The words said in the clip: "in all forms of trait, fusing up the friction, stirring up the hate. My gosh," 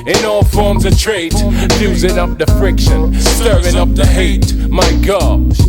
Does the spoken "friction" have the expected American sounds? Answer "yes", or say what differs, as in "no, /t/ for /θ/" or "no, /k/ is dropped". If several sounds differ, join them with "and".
yes